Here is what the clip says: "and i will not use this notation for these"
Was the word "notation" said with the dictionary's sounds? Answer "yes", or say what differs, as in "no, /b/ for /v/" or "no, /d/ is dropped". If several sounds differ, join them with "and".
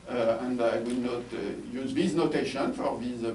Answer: yes